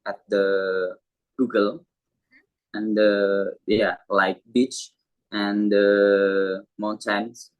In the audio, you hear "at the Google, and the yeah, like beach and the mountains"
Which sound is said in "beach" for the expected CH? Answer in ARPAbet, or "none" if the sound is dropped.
CH